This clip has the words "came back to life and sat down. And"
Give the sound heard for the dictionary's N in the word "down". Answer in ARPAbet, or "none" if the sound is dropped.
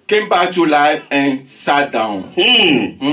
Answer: none